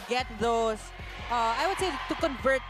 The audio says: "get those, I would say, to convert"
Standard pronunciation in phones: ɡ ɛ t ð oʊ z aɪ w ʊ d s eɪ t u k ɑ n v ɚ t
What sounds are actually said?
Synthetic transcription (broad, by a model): ɡ ɛ t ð oʊ s aɪ w ʊ d s eɪ t u k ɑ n v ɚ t